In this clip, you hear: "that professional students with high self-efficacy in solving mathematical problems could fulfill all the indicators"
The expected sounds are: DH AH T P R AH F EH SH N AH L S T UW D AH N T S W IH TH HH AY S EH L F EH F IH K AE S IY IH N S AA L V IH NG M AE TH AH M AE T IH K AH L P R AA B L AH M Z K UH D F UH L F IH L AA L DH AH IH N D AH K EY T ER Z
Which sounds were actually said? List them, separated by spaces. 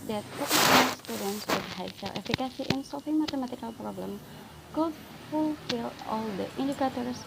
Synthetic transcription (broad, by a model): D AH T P AH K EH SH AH S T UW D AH N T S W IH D HH AY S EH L EH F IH K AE S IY IH N S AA L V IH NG M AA T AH M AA T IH K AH L P R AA B L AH M K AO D F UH L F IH L AA L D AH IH N D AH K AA T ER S